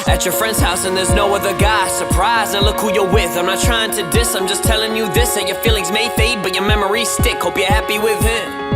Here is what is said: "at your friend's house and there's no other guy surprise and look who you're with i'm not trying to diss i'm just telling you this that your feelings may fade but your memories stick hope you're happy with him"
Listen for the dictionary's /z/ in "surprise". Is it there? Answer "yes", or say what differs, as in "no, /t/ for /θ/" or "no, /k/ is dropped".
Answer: yes